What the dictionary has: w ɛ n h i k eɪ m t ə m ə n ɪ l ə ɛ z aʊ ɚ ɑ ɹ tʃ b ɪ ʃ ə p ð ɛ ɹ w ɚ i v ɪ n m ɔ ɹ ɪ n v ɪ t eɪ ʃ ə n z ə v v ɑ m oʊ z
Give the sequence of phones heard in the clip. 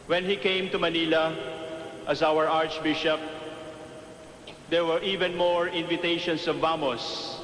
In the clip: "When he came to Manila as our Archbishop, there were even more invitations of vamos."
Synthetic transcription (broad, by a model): w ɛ n h i k eɪ m t ə m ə n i l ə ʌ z aʊ ɚ ɑ ɹ tʃ b ɪ ʃ ə p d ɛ ɹ w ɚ i v ɪ n m ɔ ɹ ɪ n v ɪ t eɪ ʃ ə n s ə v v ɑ m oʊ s